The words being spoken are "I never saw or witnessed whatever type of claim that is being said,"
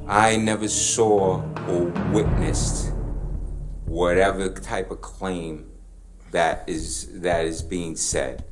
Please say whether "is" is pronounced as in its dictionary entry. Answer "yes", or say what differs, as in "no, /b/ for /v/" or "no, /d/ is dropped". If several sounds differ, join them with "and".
yes